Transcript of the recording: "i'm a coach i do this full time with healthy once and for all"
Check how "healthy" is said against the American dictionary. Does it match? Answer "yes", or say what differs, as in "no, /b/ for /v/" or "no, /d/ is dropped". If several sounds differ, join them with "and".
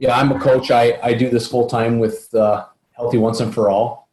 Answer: yes